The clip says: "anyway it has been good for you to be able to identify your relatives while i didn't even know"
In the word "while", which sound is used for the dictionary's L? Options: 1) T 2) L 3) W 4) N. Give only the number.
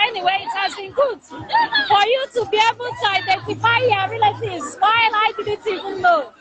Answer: 4